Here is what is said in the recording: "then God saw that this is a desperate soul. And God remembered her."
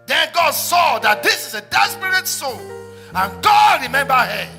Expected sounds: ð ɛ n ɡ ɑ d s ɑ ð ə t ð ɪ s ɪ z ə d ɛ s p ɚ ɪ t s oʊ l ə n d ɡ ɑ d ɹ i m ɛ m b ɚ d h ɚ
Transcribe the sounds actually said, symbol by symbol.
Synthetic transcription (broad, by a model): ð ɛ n ɡ ɑ d s ɑ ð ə t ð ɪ s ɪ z ə d ɛ s p ɚ ɪ t s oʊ n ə n ɡ ɑ d ɹ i m ɛ m b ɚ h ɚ